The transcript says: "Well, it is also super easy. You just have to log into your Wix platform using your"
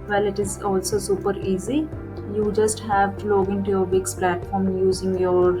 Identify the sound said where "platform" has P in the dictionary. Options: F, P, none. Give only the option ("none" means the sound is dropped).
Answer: P